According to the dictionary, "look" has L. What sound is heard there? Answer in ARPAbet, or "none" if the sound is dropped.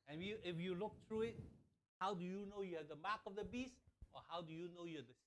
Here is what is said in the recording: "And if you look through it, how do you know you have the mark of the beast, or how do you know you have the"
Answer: L